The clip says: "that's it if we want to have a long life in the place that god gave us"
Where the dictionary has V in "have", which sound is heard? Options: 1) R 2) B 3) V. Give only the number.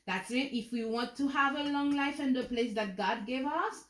3